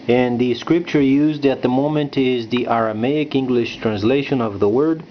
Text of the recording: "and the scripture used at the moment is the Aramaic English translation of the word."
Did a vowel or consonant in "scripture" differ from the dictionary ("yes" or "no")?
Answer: no